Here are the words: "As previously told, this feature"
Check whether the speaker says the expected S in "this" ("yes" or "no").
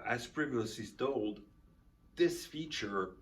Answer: yes